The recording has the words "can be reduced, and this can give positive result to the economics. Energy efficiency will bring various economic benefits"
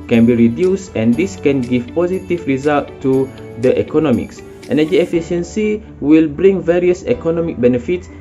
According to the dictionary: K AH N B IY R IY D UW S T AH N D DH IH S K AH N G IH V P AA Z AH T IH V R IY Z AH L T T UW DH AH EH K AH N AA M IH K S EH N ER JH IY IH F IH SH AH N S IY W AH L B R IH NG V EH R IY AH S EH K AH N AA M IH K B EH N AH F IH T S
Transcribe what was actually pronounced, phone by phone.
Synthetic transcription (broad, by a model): K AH N B IY R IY D UW S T AH N D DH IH S K AH N G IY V P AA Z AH T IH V R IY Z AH L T T UW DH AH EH K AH N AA M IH K S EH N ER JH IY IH F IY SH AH N S IY W AH L B R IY NG V EH R IY AH S EH K AH N AA M IH K B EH N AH F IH T S